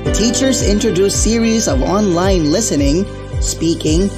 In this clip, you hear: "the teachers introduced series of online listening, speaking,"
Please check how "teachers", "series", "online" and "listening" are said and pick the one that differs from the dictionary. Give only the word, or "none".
none